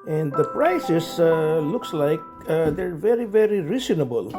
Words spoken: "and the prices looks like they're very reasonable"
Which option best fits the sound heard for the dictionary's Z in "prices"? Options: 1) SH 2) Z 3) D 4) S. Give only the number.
4